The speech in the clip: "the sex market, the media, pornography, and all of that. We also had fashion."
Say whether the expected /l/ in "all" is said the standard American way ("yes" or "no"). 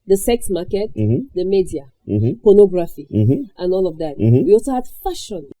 yes